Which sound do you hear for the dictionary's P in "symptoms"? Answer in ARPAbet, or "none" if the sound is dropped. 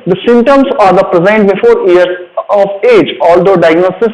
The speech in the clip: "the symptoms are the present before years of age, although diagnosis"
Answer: none